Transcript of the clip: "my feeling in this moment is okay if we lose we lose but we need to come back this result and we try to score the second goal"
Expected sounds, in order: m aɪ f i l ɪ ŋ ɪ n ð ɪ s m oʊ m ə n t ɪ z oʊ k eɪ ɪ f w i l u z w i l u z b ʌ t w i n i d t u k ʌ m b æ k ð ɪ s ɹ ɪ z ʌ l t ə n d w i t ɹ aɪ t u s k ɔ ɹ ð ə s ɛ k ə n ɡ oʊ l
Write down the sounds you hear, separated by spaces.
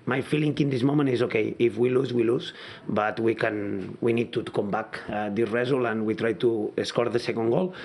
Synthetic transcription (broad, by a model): m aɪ f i l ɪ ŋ ɪ n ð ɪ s m oʊ m ə n t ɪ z oʊ k eɪ ɪ f w i l u z w i l u z b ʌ t w i n i d t u k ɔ m b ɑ k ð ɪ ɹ ɹ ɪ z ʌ l ə n w i t ɹ aɪ t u s k ɔ ɹ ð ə s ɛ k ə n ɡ oʊ l